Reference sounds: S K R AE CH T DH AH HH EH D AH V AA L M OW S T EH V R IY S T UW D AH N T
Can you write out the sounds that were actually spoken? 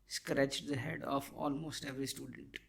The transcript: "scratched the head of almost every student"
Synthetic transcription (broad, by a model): S K R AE CH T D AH HH EH D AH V AA L M OW S T EH V R IY S T UW D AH N T